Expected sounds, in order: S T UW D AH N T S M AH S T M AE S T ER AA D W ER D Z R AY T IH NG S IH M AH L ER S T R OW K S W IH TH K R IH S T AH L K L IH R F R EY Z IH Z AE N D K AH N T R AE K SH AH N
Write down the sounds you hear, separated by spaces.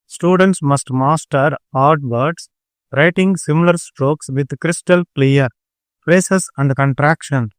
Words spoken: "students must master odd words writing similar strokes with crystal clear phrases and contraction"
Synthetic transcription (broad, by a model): S T UW D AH N T S M AH S T M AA S T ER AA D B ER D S R AY T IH NG S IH M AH L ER S T R OW K S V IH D K R IH S T AH L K L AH R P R EY S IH S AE N D K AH N T R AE K SH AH N